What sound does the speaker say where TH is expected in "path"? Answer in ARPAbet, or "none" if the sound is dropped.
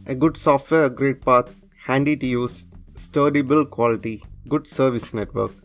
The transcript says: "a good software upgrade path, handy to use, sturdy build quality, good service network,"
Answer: T